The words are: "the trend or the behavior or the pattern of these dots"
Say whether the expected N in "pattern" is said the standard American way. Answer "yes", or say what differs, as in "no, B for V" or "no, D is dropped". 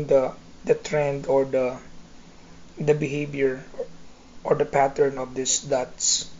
yes